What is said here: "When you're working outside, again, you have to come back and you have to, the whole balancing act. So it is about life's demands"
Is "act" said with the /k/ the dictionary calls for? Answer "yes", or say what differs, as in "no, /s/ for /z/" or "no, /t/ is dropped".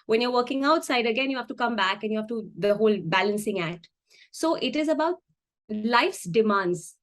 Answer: no, /k/ is dropped